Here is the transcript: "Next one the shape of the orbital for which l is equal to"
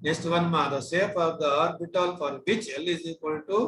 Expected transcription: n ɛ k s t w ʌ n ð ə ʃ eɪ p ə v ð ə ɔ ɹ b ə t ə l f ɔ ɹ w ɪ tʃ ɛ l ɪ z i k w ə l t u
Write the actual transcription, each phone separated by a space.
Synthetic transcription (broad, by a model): n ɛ k s t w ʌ n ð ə s eɪ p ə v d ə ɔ ɹ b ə t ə l f ɔ ɹ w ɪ tʃ ɛ l ɪ z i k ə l t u